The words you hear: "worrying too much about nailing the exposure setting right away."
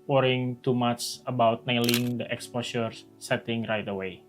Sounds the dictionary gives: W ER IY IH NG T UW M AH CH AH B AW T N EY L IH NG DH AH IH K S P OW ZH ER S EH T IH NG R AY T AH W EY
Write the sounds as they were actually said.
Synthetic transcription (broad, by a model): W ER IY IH NG T UW M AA CH AH B AW T N EY L IH NG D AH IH K S P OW SH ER S EH T IH NG R AY T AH W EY